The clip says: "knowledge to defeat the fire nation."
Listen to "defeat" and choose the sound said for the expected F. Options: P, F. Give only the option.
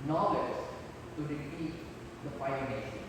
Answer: P